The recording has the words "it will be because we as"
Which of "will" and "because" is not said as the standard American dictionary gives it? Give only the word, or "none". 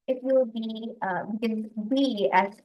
will